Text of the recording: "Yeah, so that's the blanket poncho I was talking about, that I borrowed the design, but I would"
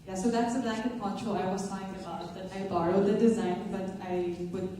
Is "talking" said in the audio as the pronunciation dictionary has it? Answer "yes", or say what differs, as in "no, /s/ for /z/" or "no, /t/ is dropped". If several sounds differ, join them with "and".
no, /k/ is dropped